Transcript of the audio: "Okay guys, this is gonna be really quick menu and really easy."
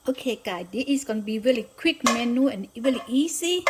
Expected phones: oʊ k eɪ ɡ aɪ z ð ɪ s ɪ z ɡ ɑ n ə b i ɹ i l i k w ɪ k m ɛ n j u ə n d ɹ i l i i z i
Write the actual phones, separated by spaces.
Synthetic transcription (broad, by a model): oʊ k eɪ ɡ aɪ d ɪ ɪ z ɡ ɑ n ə b i ɹ i l i k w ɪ k m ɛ n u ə n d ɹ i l i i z i